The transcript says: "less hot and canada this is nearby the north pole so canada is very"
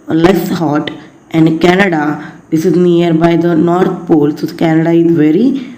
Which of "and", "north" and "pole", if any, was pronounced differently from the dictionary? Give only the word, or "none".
north